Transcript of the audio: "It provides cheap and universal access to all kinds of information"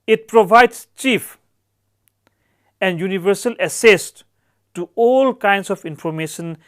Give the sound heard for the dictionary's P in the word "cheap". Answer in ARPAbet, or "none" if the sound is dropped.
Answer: F